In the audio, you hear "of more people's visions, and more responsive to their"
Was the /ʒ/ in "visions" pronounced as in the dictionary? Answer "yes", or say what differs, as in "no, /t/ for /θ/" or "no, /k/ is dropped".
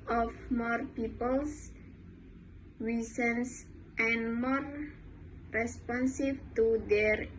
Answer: no, /s/ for /ʒ/